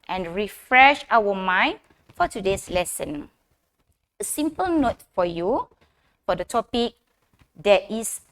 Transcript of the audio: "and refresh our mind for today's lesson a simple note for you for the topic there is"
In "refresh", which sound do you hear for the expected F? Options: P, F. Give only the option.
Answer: F